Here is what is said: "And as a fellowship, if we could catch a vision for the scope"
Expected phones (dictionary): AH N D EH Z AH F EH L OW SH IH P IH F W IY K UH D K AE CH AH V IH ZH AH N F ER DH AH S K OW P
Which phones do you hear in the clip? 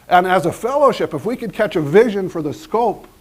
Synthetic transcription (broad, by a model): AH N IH Z AH F EH L OW SH IH P IH F W IY K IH D K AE CH AH V IH ZH AH N F ER DH AH S K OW P